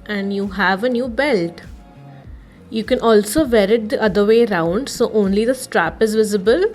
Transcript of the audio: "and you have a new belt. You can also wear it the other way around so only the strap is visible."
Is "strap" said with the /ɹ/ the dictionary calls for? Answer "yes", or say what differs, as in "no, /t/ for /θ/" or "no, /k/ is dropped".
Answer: yes